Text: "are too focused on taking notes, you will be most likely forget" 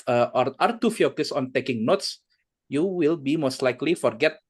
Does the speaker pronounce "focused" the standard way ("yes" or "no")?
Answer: no